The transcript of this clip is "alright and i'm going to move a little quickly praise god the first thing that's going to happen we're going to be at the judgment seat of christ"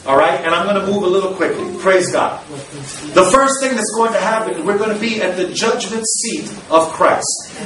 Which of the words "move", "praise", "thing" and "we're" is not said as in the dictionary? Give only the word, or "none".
none